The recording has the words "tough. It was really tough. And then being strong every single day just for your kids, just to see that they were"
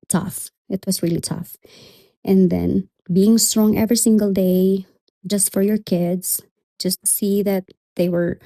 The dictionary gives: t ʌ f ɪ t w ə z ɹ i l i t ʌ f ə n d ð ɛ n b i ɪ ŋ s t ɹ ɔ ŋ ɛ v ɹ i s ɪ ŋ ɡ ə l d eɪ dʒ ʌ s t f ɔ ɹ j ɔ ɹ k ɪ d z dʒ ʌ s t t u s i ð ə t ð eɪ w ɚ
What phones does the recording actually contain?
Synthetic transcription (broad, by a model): t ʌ f ɪ t w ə s ɹ i l i t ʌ f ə n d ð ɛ n b i ɪ ŋ s t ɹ ɔ ŋ ɛ v ɹ i s ɪ ŋ ɡ ə l d eɪ dʒ ʌ s t f ɔ ɹ j ɔ ɹ k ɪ d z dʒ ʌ s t t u s i ð ə t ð eɪ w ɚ